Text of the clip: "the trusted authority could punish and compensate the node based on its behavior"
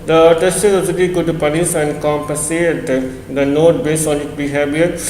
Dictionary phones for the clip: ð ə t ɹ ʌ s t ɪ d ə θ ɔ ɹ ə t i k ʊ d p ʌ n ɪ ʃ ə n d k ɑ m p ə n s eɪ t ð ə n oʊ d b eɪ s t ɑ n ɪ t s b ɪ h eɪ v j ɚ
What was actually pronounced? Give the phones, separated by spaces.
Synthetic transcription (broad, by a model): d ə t ʌ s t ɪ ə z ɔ l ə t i k ʊ d p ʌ n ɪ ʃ ə n d k ɑ m p ə n s eɪ t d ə n oʊ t b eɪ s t ɑ n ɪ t b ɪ h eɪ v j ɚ